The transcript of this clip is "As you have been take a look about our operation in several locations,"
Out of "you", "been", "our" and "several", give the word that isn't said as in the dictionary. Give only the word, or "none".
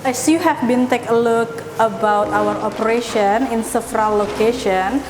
several